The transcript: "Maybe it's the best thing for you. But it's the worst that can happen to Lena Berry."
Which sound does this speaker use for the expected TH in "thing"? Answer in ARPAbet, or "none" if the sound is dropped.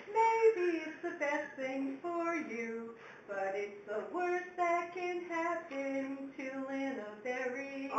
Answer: TH